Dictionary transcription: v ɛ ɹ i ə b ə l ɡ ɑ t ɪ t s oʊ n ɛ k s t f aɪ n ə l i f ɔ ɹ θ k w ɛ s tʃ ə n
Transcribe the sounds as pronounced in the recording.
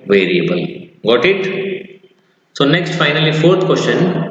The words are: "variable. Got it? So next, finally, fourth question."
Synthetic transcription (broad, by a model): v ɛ ɹ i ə b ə l ɡ ɑ t ɪ t s oʊ n ɛ k s t f aɪ n ə l i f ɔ ɹ t k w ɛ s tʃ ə n